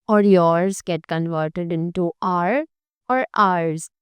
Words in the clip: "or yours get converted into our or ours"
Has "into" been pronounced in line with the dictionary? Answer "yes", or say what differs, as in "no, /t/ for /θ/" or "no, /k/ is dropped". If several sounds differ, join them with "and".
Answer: yes